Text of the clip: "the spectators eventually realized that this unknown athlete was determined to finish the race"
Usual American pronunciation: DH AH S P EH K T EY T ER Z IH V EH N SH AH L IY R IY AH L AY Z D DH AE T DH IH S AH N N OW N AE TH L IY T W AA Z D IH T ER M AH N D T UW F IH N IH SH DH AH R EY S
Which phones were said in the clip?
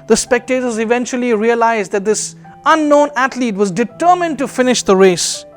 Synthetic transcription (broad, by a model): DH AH S P EH K T EY T ER Z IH V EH N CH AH L IY R IY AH L AY Z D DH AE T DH IH S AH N N OW N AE T L IY T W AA Z D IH T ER M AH N D T UW F IH N IH SH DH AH R EY S